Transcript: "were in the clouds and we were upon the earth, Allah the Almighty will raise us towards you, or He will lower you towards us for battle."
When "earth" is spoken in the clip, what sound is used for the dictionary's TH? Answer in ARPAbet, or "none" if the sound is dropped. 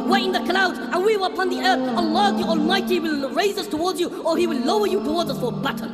TH